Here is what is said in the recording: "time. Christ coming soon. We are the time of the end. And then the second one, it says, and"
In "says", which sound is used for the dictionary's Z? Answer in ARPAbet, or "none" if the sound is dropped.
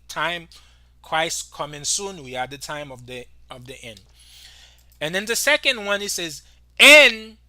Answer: Z